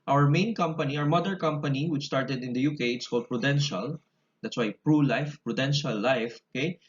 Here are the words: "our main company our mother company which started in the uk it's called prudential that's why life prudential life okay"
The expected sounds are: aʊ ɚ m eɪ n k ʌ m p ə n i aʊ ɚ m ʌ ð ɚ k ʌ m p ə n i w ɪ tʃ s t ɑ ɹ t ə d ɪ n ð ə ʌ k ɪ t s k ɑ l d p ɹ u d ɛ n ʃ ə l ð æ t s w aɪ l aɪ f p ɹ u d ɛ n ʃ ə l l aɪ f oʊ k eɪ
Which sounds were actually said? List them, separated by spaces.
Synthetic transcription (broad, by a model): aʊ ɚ m eɪ n k ʌ m p ə n i aʊ ɚ m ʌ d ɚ k ʌ m p ə n i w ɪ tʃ s t ɑ ɹ t ə d ɪ n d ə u k ɪ t s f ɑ d p ɹ u d ɛ n ʃ ə l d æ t s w aɪ l aɪ f p ɹ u d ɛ n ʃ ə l l aɪ f oʊ k eɪ